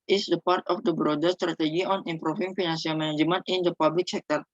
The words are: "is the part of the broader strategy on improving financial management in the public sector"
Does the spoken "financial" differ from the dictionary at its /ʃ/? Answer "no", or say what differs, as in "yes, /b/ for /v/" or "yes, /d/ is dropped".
yes, /s/ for /ʃ/